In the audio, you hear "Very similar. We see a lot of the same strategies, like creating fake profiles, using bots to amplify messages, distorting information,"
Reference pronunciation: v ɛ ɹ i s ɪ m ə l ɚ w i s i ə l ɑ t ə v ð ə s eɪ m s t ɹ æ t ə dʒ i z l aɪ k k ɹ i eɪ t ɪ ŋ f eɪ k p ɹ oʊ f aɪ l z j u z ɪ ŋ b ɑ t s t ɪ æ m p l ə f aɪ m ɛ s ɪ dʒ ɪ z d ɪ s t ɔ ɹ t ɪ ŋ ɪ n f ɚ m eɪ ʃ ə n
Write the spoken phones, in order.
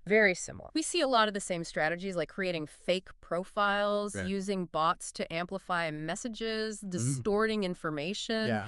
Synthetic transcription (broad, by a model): v ɛ ɹ i s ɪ m l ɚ w i s i ə l ɑ t ə v ð ə s eɪ m s t ɹ æ t ə dʒ i z l aɪ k k ɹ i eɪ t ɪ ŋ f eɪ k p ɹ oʊ f aɪ l z j u z ɪ ŋ b ɑ t s t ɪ æ m p l ə f aɪ m ɛ s ɪ dʒ ɪ z d ɪ s t ɔ ɹ t ɪ ŋ ɪ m f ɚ m eɪ ʃ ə n